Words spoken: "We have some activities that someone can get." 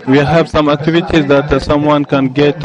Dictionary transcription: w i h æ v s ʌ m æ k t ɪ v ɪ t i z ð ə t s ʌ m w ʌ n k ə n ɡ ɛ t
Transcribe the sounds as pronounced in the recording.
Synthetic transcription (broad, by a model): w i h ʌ b s ʌ m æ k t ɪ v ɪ t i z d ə t s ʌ m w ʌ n k ə n ɡ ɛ t